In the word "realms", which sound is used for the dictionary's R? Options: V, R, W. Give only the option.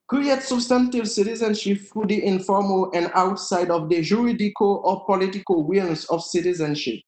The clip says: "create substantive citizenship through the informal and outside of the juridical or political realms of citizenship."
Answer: W